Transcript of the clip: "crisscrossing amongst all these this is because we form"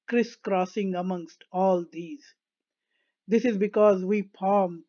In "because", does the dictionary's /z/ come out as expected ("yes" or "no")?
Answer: yes